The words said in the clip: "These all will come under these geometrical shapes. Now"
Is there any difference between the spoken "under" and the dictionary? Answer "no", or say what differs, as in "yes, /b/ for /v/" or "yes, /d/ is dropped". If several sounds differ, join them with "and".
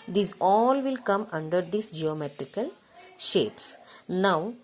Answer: no